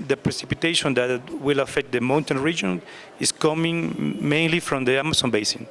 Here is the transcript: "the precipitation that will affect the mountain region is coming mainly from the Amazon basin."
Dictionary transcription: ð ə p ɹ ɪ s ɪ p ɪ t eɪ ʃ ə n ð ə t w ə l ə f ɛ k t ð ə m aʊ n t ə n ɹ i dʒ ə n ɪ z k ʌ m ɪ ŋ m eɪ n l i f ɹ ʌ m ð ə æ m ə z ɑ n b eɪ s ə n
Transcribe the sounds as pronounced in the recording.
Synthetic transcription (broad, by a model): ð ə p ɹ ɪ s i p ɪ t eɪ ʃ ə n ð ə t w ə l ə f ɛ k t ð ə m aʊ n t ə n ɹ i dʒ ə n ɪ s k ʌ m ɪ ŋ m eɪ n l i f ɹ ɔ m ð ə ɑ m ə s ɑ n b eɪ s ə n